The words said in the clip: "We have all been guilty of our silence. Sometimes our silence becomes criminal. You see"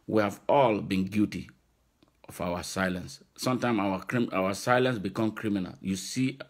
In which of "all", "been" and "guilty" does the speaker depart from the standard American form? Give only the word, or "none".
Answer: guilty